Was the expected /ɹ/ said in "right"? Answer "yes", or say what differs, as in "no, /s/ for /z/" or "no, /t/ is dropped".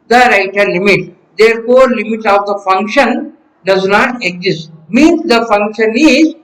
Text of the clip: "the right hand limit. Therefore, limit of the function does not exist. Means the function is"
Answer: yes